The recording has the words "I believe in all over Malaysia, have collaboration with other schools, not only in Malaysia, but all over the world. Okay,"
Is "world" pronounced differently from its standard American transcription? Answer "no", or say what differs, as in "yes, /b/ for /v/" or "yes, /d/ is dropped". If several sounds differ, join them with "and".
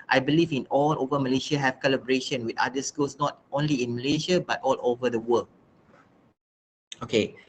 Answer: yes, /d/ is dropped